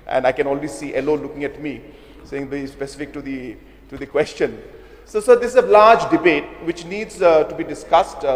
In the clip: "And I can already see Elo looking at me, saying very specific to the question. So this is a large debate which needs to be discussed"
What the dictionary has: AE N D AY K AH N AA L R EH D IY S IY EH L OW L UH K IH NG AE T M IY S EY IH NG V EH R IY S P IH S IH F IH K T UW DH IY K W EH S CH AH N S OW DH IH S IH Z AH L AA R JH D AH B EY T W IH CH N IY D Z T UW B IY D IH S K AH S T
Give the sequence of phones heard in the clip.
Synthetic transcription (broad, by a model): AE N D AY K AH N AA L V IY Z S IY EH L OW L UH K IH NG AE T M IY S EY IH NG B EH IY S P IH S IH F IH K T UW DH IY K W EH S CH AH N S OW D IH S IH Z AH L AA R JH D AH B EY T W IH CH N IY D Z T UW B IY D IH S K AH S T